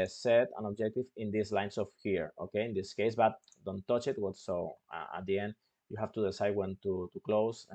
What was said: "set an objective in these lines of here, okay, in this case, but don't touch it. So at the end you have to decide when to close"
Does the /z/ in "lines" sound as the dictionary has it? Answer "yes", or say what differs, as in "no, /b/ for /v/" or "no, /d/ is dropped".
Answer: no, /s/ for /z/